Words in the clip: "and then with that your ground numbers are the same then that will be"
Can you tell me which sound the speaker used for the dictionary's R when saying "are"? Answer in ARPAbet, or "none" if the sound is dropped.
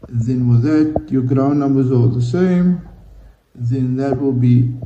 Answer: L